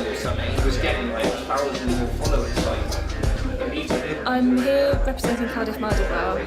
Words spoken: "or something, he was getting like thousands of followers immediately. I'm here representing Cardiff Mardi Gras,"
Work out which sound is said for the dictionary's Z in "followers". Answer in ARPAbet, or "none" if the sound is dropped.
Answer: S